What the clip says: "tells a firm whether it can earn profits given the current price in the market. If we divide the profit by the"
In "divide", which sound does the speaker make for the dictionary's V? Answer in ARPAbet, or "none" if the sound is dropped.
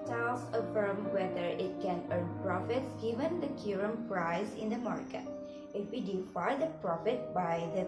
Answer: F